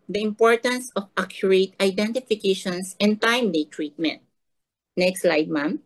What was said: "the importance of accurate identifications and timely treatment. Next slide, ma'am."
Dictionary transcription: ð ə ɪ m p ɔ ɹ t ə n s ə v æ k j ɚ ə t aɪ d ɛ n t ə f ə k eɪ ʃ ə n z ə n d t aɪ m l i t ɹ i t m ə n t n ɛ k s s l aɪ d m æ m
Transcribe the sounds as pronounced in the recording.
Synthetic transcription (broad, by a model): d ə ɪ m p ɔ ɹ t ə n s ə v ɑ k j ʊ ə t aɪ d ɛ n t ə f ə k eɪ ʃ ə n s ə n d t aɪ m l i t ɹ i t m ə n t n ɛ k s s l aɪ d m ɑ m